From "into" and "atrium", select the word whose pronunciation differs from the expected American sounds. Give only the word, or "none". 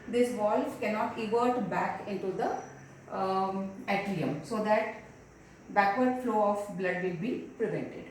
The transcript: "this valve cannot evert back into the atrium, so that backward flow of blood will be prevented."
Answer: atrium